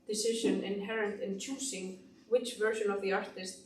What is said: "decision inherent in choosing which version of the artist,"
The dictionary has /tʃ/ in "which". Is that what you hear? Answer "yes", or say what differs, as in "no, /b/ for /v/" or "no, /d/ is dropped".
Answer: yes